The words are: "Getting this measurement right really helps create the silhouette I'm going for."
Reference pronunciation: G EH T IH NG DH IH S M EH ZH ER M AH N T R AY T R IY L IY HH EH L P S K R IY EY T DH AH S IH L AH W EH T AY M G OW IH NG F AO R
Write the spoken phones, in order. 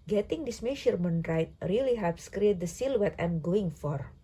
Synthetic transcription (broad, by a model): G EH T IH NG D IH S M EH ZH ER M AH N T R AY T R IY L IY HH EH P S K R IY EY T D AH S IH L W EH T AY M G OW IH NG F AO R